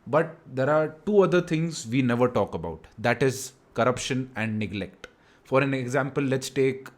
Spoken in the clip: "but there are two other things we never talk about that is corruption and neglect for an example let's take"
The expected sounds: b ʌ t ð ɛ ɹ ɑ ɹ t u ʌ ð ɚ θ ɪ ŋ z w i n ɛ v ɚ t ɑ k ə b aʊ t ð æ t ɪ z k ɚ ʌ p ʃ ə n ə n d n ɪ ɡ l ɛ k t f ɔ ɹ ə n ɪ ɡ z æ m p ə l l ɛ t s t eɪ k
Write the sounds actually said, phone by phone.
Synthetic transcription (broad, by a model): b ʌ t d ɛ ɹ ɑ ɹ t u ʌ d ɚ t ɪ ŋ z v i n ɛ v ɚ t ɑ k ə b aʊ t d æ t ɪ z k ɚ ʌ p ʃ ə n ə n d n ɪ ɡ l ɛ k t f ɔ ɹ ə n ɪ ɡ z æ m p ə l l ɛ t s t eɪ k